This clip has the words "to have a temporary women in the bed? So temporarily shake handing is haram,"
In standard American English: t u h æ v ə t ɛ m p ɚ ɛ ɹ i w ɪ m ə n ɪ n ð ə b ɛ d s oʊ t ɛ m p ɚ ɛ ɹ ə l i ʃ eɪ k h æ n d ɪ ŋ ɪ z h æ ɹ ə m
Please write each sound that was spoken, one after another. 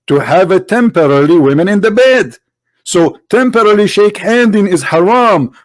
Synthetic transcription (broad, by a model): t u h æ v ə t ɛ m p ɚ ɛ l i w ɪ m ə n ɪ n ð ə b ɛ d s oʊ t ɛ m p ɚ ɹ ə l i ʃ eɪ k h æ n d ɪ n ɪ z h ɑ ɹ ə m